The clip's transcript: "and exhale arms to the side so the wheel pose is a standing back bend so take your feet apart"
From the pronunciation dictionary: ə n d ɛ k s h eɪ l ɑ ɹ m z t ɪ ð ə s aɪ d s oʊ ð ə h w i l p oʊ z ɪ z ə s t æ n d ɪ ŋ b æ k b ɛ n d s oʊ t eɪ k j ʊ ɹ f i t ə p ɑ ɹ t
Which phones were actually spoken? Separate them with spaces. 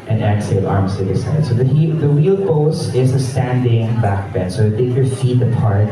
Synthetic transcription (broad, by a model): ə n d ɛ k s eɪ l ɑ ɹ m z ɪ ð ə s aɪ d s oʊ ð ə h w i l b oʊ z ɪ z ə s t æ n d ɪ ŋ b æ k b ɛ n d s oʊ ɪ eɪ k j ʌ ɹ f i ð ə p ɑ ɹ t